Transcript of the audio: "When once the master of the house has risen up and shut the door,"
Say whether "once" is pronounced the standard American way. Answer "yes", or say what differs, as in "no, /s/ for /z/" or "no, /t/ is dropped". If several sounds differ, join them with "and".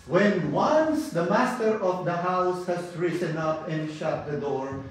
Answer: yes